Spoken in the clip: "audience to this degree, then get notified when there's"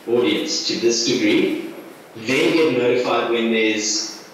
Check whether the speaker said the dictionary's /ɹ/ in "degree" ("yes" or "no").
yes